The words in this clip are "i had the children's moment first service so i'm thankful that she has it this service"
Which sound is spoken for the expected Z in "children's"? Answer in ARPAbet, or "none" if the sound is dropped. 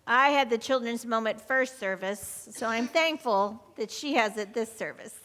Z